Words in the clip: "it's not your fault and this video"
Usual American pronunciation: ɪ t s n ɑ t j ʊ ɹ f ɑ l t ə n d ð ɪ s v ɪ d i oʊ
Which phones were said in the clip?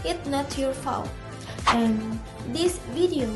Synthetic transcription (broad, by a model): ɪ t n ɑ t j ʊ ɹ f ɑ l ə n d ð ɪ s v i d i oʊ